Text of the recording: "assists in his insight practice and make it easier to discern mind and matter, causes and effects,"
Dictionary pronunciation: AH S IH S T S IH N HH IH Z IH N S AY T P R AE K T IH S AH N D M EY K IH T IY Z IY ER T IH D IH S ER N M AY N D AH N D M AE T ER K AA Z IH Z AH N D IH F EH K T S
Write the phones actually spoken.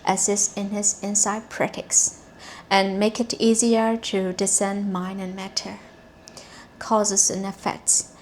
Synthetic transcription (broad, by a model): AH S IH S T IH N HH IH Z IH N S AY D P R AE T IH S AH N M EY K IH T IY Z IY ER T IH D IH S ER N M AY N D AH N M AE T ER K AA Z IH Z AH N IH F EH K T S